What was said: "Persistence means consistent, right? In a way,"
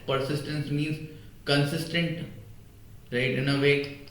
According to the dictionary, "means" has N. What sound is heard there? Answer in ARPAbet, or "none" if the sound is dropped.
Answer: N